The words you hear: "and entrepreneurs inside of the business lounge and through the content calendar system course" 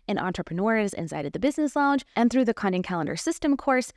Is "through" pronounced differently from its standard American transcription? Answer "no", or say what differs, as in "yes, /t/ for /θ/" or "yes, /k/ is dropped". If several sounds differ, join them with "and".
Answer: no